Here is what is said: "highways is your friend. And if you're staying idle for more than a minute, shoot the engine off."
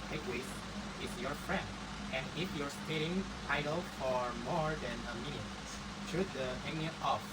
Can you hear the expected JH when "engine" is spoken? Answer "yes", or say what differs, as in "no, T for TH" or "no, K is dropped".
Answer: no, JH is dropped